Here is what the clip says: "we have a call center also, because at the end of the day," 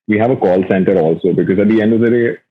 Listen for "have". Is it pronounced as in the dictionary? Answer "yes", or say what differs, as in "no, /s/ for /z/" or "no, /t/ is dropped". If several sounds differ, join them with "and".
yes